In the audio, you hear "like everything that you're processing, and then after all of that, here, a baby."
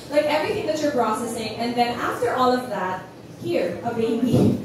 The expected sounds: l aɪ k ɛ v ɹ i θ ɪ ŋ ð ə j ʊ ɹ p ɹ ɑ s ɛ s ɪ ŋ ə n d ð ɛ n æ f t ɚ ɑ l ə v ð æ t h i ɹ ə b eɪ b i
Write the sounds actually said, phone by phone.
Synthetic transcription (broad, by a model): l aɪ k ɛ v ɹ i θ ɪ ŋ ð ə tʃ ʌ ɹ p ɹ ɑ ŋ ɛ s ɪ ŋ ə n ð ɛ n æ f t ɚ ɑ l ə v ð æ t h i ɹ ə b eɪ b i